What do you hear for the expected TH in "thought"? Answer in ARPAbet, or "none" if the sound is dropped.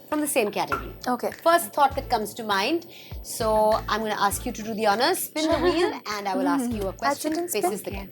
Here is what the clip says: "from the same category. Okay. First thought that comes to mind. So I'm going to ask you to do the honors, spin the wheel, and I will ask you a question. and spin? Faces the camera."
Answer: T